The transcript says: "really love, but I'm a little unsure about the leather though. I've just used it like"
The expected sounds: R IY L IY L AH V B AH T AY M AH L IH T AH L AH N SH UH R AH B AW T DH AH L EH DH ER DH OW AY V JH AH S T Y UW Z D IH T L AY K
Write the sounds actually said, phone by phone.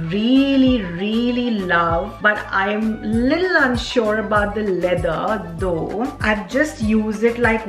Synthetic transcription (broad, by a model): R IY L IY L AH V B AH T AY M AH L IH T L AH N SH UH R AH B AW T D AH L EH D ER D OW AY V JH AH S T Y UW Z IH T L AY K